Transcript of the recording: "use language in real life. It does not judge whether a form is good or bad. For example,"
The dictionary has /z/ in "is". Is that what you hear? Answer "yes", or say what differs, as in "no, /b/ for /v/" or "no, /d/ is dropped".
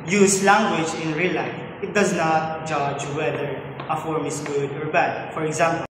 no, /s/ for /z/